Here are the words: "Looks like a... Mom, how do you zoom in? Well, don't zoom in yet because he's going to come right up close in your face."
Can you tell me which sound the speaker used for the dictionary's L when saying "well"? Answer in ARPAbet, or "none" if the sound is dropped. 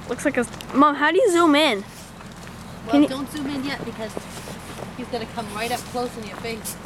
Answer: N